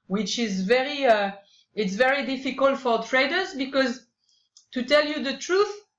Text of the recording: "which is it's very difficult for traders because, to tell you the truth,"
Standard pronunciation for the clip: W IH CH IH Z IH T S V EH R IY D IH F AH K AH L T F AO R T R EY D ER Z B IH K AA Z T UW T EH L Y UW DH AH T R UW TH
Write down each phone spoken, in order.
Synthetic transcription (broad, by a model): W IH CH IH Z IH T S V EH R IY D IH F AH K AH L T F AO R T R EY D ER Z B IH K AA Z T UW T EH L Y UW DH AH T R UW TH